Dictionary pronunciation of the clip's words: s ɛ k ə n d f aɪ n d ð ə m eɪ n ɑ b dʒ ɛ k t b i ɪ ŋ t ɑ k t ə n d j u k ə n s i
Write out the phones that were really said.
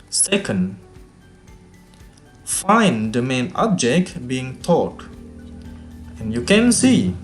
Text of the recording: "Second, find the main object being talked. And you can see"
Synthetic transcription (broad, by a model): s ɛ k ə n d f aɪ n d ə m eɪ n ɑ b dʒ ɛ k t b i ɪ ŋ t ɑ t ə n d j u k ə n s i